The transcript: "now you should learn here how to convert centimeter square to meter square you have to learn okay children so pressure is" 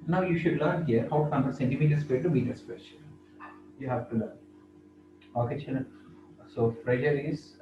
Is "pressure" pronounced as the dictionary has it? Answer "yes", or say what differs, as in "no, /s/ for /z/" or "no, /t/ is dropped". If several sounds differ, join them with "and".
no, /f/ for /p/